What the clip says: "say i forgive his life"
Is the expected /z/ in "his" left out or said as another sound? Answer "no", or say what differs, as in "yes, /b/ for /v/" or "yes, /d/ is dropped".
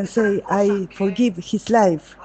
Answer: yes, /s/ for /z/